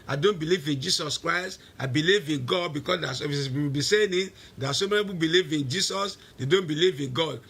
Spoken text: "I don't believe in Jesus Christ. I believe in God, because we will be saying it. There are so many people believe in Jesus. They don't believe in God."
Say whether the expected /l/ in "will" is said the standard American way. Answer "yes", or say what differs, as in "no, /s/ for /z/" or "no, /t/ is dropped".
no, /w/ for /l/